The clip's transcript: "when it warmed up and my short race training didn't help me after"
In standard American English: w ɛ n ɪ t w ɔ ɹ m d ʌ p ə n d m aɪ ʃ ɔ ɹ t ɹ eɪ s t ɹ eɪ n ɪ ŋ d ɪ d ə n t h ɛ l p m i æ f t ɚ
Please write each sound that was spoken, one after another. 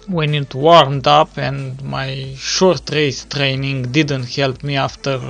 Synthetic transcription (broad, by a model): w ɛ n ɪ t w ɔ ɹ m d ʌ p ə n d m aɪ ʃ ɔ ɹ t ɹ eɪ s t ɹ eɪ n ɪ ŋ d ɪ d ə n t h ɛ l p m i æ f t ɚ